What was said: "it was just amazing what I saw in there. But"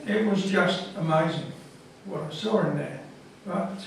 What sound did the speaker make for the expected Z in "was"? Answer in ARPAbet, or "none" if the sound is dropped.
Z